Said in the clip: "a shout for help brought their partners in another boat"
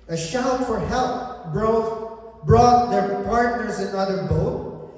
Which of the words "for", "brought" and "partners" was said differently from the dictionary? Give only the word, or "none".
none